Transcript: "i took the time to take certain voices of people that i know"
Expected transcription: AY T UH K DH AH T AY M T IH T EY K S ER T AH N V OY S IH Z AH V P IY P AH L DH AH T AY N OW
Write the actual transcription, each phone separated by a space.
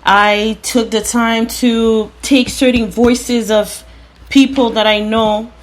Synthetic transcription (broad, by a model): AY T UH K DH AH T AY M T IH T EY K S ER T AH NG V OY S IH Z AH V P IY P L DH AH T AY N OW